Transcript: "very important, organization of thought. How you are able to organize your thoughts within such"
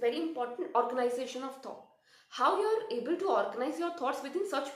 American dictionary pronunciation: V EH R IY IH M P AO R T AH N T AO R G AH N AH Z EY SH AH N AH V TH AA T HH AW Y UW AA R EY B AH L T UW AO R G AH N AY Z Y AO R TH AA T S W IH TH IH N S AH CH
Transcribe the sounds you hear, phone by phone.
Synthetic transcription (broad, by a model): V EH R IY IH M P AO R T AH N T AO R G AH N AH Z EY SH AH N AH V T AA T HH AW Y UW AA R EY B AH L T UW AO R G AH N AY Z Y AO R T AA T S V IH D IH N S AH CH